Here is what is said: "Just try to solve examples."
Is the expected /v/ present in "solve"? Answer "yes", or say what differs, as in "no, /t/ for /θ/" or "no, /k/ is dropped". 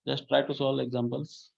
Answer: no, /v/ is dropped